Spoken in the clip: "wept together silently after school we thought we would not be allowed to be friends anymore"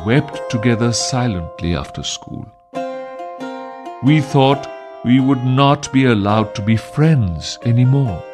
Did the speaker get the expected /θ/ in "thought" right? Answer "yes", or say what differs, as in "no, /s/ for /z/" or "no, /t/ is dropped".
yes